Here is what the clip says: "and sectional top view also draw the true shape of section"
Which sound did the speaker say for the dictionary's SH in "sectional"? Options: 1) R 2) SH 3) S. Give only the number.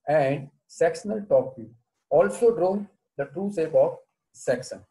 3